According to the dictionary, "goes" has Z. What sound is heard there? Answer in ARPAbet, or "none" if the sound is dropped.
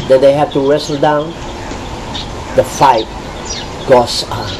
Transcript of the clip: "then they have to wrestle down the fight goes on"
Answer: S